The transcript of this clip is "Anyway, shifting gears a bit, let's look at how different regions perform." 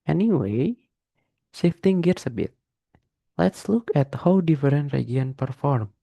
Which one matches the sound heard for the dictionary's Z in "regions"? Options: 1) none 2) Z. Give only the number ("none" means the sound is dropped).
1